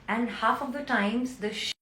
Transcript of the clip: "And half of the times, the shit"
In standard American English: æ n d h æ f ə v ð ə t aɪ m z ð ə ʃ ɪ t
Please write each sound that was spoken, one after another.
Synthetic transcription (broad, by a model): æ n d h æ f ə v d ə t aɪ m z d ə ʃ